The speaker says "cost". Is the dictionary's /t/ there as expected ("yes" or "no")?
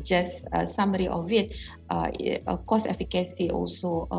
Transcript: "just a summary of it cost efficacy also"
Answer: no